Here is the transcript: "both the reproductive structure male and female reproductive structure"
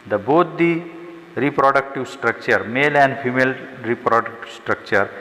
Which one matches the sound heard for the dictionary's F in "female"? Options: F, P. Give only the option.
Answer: P